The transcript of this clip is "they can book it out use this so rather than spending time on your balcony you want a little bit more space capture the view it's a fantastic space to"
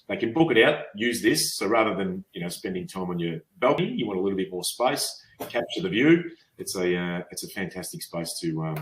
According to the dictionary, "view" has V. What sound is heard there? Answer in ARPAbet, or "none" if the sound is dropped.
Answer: V